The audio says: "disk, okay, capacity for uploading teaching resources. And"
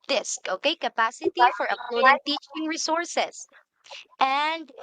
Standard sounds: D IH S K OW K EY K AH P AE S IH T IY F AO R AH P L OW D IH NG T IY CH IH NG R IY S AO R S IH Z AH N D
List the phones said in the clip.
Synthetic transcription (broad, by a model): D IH S K OW K EY K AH P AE S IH T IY F AO R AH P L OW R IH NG T IY CH IH NG R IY S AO R S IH S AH N D